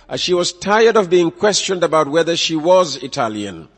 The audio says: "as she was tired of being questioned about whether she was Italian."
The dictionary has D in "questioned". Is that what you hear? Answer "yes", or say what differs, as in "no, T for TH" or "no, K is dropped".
yes